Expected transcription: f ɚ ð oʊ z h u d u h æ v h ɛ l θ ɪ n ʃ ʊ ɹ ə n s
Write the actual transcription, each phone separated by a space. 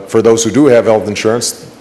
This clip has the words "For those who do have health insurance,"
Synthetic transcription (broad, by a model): f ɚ ð oʊ z h u d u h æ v h ɛ l θ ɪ n ʃ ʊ ɹ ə n s